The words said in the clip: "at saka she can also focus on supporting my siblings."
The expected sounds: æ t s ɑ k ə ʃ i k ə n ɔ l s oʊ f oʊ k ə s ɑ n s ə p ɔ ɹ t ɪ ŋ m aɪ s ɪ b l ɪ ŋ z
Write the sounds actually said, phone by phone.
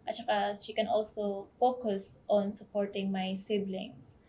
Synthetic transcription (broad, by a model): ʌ t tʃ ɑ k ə ʃ i k ə n ɔ l s oʊ f oʊ k ə s ɑ n s ə p ɔ ɹ t ɪ ŋ m aɪ s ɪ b l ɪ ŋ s